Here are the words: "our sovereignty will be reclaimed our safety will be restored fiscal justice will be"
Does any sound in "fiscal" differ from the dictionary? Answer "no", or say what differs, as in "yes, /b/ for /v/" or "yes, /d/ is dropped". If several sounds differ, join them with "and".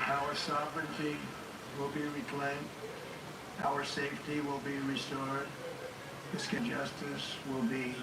yes, /n/ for /l/